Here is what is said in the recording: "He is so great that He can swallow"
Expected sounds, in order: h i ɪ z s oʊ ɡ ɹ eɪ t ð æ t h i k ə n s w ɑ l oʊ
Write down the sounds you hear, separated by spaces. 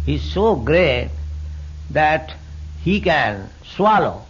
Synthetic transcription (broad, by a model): h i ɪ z s oʊ ɡ ɹ eɪ t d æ t h i k ə n s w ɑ l oʊ